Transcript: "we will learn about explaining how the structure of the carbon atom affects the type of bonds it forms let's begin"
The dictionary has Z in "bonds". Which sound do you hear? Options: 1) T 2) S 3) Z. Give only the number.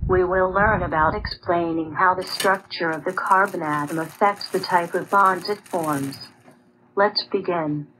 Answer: 3